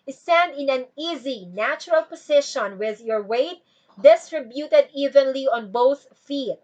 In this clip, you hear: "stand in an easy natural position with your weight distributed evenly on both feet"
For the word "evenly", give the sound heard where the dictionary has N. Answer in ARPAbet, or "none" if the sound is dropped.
N